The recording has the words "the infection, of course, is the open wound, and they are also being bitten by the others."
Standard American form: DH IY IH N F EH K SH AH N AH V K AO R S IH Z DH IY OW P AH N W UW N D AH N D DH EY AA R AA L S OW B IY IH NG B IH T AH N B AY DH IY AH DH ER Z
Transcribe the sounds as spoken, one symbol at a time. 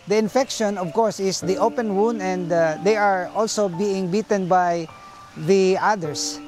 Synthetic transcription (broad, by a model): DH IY IH N F EH K SH AH N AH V K AO R S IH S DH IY OW P AH N W UW N D AH N D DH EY AA R AA L S OW B IY IH NG B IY T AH N B AY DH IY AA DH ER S